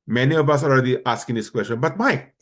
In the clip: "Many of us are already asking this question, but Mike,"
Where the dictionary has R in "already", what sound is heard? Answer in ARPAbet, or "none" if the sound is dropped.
L